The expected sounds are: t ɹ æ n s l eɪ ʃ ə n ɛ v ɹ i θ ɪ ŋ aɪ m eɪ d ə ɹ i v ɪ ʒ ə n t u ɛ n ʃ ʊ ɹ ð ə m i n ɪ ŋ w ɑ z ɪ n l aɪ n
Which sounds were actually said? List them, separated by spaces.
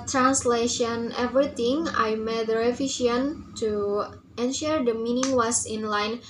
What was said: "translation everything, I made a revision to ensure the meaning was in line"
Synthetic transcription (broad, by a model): t ɹ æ n s l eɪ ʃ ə n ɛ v ɹ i t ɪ ŋ aɪ m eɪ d ə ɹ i f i ʃ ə n t u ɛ n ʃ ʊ ɹ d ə m i n ɪ ŋ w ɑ s ɪ n l aɪ n